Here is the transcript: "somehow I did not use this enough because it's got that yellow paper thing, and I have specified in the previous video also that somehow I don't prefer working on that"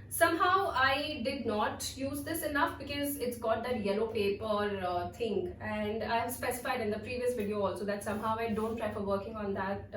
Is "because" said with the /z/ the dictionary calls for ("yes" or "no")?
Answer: yes